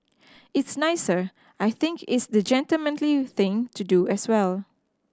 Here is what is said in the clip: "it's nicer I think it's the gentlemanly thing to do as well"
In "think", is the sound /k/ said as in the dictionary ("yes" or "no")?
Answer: yes